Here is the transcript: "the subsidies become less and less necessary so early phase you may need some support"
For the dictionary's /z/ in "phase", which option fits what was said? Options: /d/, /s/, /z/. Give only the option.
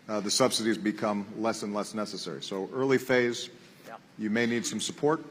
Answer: /z/